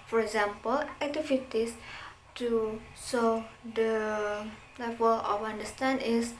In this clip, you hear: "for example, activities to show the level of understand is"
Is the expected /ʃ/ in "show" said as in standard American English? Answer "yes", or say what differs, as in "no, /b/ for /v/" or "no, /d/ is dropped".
no, /s/ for /ʃ/